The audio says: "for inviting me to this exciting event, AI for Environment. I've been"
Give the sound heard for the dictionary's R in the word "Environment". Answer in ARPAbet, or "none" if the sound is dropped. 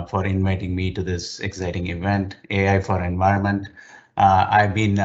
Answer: R